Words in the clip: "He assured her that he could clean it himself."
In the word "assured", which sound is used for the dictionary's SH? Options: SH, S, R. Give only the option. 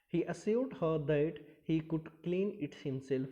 S